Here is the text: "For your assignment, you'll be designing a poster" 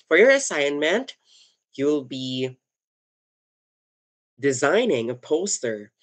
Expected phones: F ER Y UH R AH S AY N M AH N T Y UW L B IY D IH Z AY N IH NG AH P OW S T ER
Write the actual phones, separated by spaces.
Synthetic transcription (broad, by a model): F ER Y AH R AH S AY N M AH N T Y UW L B IY D IH Z AY N IH NG AH P OW S T ER